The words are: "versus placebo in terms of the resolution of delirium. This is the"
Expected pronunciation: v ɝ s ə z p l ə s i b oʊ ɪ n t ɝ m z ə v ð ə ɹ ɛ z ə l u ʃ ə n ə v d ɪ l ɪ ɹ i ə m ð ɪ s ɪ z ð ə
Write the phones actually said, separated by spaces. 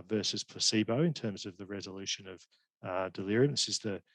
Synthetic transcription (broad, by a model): v ɝ s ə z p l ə s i b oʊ ɪ n t ɝ m z ə v ð ə ɹ ɛ z ə l u ʃ ə n ə v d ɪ l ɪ ɹ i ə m ð ɪ s ɪ z ð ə